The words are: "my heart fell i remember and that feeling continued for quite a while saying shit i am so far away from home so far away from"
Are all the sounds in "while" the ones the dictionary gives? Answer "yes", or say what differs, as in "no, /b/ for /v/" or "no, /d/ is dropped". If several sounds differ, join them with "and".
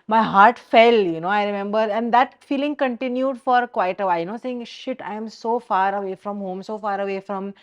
no, /n/ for /l/